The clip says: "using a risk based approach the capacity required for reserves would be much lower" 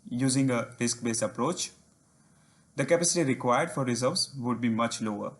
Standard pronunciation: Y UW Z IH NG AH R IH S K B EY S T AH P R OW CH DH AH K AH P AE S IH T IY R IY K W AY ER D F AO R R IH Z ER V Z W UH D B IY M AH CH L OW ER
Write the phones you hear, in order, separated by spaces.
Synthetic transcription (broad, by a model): Y UW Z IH NG AH R IH S K B EY S AH P R OW CH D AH K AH P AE S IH T IY R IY K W AY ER D F AO R R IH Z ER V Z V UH D B IY M AH CH L OW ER